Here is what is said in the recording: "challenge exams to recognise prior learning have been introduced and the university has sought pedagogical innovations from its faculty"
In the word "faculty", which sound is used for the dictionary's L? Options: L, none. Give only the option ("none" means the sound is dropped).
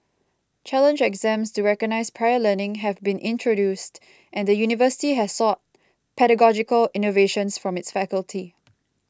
L